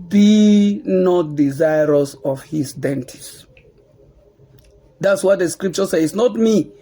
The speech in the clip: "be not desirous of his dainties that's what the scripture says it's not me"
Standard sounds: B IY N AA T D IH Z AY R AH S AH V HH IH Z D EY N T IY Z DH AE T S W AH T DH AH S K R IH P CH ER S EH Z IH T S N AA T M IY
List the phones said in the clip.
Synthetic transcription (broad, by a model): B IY N AA T D IH Z AY R AH S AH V HH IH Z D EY N T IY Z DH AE T S W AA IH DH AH S K R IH P CH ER S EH IH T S N AA T M IY